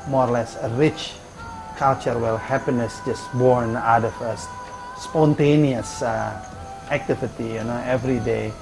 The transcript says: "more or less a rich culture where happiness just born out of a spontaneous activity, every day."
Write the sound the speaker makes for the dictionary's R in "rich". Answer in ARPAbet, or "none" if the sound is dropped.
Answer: R